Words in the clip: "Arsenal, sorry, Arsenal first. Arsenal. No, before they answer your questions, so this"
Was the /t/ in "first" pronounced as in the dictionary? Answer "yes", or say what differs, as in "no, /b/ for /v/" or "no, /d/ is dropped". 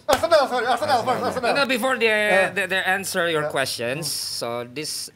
no, /t/ is dropped